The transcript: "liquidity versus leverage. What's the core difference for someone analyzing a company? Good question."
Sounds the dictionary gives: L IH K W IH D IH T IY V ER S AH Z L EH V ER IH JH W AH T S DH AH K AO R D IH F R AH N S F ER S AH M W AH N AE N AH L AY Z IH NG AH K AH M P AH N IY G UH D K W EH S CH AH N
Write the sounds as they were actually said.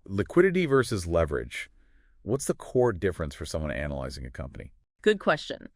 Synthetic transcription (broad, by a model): L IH K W IH D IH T IY V ER S AH Z L EH V ER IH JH W AH T S DH AH K AO R D IH F R AH N S F ER S AH M W AH N AE N AH L AY Z IH NG AH K AH M P AH N IY G UH D K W EH S CH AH N